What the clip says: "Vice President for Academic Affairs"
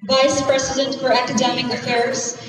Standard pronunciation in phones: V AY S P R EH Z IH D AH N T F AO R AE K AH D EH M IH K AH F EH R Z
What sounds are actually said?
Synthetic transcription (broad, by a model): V AY S P R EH S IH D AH N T F AO R AE K AH D EH M IH K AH F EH R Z